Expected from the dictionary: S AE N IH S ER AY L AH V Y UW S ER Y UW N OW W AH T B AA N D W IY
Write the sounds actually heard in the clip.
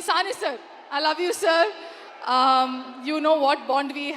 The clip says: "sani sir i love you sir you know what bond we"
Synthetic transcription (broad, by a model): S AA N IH S ER AY L AH V Y UW S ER Y UW N OW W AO T B AA N D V IY